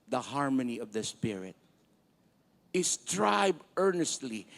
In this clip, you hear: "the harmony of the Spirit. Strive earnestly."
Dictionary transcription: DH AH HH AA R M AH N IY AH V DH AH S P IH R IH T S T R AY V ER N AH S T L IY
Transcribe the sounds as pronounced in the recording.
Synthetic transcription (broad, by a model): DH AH HH AA R M AH N IY AH V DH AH S P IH R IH T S T R AY B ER N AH S T L IY